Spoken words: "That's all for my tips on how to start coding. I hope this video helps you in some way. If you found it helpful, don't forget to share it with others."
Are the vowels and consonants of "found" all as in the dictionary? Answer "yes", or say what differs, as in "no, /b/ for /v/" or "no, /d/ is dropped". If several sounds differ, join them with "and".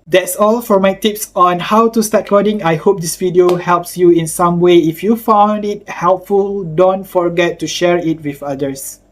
yes